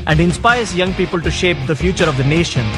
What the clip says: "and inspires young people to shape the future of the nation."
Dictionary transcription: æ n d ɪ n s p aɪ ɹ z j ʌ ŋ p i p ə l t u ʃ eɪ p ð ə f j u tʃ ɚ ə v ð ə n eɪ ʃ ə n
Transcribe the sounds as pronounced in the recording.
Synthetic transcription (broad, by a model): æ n d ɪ n s p aɪ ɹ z j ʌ ŋ p i p ə l t u ʃ eɪ p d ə f j u tʃ ɚ ə v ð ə n eɪ ʃ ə n